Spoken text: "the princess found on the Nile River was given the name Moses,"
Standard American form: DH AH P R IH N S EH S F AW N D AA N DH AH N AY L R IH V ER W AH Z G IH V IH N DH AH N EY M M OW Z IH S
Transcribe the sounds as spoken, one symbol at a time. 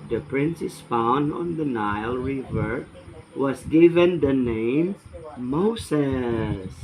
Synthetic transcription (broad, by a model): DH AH P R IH N S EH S F AW N D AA N DH AH N AY L R IH V ER W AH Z G IH V IH N DH AH N EY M M OW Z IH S